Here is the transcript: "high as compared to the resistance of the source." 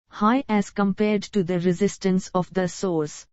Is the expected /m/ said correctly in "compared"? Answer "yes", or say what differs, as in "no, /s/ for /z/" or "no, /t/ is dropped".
yes